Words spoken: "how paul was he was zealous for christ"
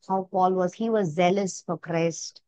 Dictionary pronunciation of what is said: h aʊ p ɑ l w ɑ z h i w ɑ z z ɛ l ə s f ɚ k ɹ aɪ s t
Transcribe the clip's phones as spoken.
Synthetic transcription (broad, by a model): h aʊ p ɑ l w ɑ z h i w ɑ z z ɛ l ə s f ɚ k ɹ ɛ s t